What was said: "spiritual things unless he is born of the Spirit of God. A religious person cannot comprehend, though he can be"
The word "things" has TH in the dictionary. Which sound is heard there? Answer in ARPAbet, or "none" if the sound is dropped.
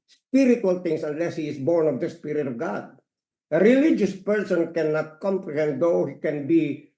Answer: T